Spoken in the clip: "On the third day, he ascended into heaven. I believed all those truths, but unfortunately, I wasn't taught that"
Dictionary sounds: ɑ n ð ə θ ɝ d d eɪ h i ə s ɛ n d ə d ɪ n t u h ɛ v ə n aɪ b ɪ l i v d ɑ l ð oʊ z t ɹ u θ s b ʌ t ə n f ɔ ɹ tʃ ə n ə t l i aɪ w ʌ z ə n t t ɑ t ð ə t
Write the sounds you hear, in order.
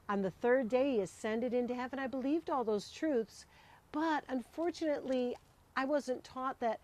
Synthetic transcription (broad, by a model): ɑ n ð ə θ ɝ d d eɪ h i ə s ɛ n d ə d ɪ n t u h ɛ v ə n aɪ b ɪ l i v d ɑ l ð oʊ z t ɹ u θ s b ʌ t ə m f ɔ ɹ tʃ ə n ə t l i aɪ w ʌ z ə n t t ɑ t ð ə t